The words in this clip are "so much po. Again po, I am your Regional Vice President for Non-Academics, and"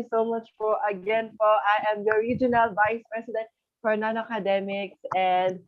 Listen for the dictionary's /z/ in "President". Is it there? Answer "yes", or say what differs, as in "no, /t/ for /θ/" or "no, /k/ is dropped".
no, /s/ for /z/